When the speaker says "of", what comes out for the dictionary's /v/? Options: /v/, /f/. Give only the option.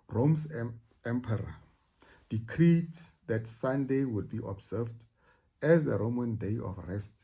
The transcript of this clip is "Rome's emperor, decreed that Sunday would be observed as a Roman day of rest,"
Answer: /f/